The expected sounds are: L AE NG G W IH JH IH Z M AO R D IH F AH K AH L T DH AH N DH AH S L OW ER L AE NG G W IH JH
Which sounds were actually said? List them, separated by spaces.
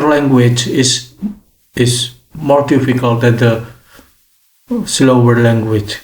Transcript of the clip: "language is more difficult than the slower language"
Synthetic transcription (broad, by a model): L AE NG G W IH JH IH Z M AO R D IH F AH K AH L T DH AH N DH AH S L OW ER L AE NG G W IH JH